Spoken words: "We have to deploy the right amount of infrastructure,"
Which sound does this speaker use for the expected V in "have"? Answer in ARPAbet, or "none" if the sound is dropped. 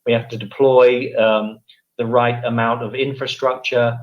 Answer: F